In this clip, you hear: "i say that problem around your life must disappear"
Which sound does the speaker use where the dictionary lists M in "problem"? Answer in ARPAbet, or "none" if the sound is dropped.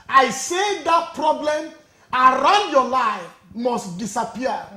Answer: M